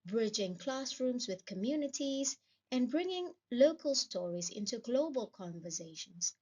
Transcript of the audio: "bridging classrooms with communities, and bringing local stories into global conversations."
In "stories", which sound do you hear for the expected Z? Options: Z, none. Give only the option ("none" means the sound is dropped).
Z